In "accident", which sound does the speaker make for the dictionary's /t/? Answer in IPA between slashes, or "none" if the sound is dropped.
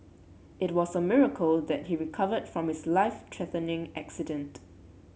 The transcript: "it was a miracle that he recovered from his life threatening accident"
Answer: /t/